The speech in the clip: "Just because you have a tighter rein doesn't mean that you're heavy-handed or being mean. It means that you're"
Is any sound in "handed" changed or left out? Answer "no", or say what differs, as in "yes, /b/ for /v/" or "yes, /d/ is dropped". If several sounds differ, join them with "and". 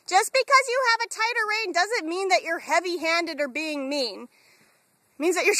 no